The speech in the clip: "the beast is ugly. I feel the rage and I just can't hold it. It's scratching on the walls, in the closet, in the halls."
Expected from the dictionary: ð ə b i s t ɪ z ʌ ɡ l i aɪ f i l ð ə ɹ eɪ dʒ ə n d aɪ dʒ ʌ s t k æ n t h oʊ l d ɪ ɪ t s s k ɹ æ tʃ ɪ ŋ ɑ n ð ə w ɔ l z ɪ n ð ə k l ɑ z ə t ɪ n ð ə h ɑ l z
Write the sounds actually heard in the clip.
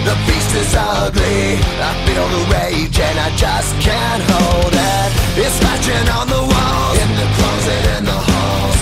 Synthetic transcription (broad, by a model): ð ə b i s ɪ z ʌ ɡ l i aɪ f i n ð ə ɹ eɪ dʒ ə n aɪ dʒ ʌ s k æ n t h oʊ l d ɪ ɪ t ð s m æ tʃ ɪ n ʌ n ð ə w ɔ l ɪ n ð ə k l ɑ z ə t ɪ n ð ə h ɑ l